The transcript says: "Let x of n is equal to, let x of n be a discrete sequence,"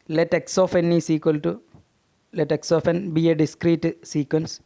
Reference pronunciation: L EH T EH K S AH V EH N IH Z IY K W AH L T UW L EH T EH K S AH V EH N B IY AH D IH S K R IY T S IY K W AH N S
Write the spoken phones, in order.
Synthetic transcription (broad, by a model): L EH T EH K S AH F EH N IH S IY K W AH L T UW L EH T EH K S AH F EH N B IY AH D IH S K R IY T S IY K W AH N S